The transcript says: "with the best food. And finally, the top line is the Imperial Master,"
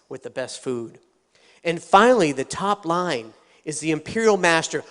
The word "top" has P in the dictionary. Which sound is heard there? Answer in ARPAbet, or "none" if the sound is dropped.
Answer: P